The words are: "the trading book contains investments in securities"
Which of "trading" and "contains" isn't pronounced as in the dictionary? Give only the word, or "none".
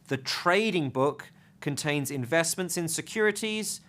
none